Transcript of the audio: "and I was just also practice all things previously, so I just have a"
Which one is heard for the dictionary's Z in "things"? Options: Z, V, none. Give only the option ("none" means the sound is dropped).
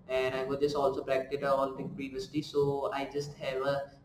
none